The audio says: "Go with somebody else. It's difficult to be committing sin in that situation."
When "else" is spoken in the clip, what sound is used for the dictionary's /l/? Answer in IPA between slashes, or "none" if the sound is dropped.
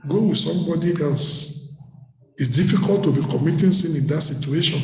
/l/